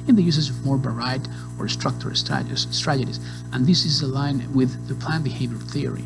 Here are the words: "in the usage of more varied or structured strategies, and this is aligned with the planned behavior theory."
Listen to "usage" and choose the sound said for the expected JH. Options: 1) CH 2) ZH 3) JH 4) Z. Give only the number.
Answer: 4